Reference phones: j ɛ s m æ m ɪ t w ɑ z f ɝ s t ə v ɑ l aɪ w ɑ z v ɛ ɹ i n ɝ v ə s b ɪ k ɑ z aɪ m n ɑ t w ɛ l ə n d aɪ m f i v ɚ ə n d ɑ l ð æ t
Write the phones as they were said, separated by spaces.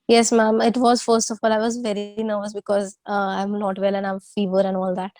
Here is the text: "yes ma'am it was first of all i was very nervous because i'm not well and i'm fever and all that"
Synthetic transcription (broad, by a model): j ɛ s m æ m ɪ t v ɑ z f ɝ s t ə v ɑ l aɪ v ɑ z v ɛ ɹ i n ɝ v ə s b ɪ k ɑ z aɪ m l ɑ t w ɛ l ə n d aɪ m f i v ɚ ə n d ɑ l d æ t